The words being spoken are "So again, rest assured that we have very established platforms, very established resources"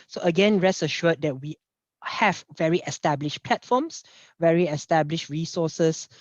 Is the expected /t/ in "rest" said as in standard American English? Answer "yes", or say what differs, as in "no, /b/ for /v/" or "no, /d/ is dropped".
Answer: no, /t/ is dropped